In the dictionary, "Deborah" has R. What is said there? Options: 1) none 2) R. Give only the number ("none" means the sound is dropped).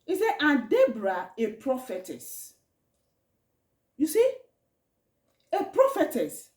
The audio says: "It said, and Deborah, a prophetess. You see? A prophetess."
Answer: 2